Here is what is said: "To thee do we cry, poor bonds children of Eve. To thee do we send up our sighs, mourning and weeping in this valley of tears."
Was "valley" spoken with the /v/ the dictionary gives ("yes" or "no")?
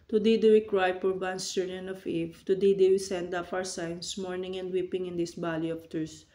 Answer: no